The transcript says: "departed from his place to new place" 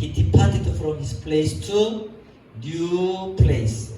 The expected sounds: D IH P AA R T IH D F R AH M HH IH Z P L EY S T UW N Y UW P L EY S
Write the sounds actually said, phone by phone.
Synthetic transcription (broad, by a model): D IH P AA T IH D F R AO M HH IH S P L EY S T UW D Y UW P L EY S